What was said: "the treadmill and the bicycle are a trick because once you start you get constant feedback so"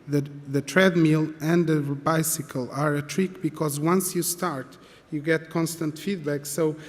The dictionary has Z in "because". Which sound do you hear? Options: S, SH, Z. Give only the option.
Z